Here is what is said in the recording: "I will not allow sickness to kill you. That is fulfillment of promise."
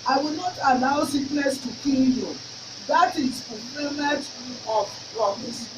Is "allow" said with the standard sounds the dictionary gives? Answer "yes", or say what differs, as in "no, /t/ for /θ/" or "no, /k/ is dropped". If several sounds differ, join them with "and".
no, /n/ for /l/